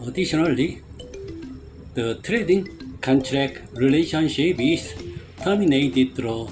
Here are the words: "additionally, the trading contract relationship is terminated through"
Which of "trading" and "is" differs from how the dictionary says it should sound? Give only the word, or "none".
is